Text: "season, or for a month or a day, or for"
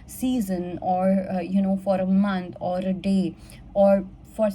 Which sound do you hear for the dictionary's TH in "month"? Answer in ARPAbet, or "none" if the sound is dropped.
T